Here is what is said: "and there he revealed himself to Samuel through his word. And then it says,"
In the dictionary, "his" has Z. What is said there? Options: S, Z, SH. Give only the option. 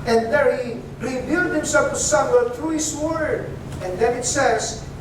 S